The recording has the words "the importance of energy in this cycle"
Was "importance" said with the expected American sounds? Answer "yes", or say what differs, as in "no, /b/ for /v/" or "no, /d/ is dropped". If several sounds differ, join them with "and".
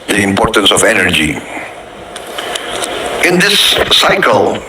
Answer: yes